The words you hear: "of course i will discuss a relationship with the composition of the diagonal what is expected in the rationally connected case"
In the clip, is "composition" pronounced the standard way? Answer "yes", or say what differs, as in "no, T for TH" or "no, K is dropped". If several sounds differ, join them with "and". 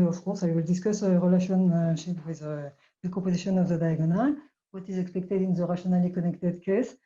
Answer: no, M is dropped